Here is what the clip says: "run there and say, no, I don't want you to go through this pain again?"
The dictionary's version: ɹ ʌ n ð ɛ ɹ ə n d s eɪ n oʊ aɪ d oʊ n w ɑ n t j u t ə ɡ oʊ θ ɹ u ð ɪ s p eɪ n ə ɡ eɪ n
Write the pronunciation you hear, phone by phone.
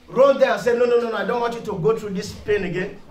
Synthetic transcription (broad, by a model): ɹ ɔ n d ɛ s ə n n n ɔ n oʊ aɪ d oʊ n w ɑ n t j u t ə ɡ oʊ t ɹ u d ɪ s p eɪ n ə ɡ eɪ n